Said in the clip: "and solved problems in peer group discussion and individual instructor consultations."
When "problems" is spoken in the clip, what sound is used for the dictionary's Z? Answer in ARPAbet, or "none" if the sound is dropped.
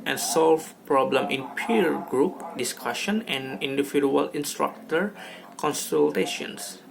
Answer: none